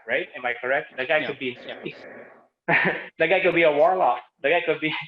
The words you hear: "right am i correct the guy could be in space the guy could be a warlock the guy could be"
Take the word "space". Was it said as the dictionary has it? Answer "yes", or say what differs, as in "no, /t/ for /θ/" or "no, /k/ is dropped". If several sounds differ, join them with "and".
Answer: no, /p/ is dropped